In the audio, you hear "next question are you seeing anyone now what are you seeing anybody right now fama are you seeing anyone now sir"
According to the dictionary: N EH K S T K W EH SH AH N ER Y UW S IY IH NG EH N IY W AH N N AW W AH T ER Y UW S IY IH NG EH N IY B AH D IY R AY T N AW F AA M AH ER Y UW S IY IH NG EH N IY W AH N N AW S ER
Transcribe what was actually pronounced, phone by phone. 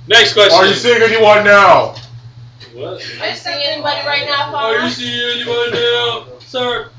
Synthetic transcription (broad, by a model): N EH K S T K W EH S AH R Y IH S IY IH NG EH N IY W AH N N AW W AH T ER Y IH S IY EH N IY B AH D IY R AY T N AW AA AH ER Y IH S IY IH NG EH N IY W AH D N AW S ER